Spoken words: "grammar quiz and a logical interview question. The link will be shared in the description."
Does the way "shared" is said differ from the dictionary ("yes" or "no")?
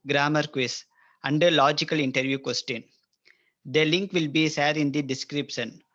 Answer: yes